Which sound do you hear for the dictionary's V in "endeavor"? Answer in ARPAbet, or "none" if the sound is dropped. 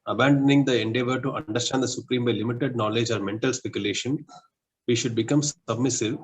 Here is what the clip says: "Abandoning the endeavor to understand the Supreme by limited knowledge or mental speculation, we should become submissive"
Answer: V